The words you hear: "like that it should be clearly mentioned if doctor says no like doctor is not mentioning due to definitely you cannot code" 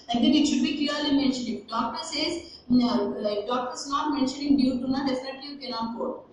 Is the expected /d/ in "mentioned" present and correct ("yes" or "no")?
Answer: no